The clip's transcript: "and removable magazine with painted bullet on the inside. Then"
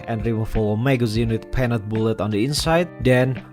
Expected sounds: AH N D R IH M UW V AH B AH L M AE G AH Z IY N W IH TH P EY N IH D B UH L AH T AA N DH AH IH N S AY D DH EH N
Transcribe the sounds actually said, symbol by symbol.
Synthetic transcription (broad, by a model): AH N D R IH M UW F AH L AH M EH G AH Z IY N W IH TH P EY N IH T B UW L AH T AA N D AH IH N S AY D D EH N